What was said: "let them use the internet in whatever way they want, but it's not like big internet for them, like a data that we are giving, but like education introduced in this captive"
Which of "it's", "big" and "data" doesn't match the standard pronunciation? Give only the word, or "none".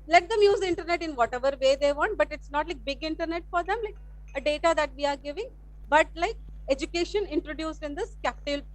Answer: none